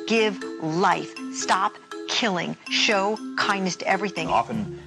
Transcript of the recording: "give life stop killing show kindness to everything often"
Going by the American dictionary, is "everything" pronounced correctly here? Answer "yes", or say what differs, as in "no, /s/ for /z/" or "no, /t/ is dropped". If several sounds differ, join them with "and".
yes